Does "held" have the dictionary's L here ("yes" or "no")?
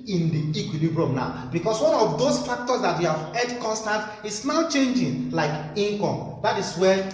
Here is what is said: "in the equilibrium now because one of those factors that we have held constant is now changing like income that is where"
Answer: no